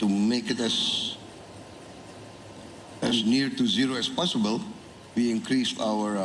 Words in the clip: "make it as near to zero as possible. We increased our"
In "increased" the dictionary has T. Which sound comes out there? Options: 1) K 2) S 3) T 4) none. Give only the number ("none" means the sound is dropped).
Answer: 4